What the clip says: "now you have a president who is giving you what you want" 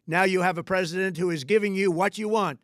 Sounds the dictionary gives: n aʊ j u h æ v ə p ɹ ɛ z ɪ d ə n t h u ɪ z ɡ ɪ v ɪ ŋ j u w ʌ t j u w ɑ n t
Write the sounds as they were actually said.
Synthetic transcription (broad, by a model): n aʊ j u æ v ə p ɹ ɛ z ɪ d ə n t h u ɪ z ɡ ɪ v ɪ ŋ j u w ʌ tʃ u w ɑ n t